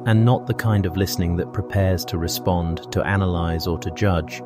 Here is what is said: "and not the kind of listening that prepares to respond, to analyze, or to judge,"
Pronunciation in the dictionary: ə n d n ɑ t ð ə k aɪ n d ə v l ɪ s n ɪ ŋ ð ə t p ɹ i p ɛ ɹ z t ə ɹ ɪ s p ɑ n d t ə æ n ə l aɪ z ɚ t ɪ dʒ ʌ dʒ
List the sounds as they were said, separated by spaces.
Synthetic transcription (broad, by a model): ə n n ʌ t ð ə k aɪ n d ə v l ɪ s n ɪ ŋ ð ə t p ɹ i p ɛ ɹ z t ə ɹ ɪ s p ɑ n t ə æ n ə l aɪ z ɚ t ɪ dʒ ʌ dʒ